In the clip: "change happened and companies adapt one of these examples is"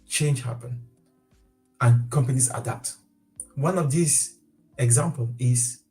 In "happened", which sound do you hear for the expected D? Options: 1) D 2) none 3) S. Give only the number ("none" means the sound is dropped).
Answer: 2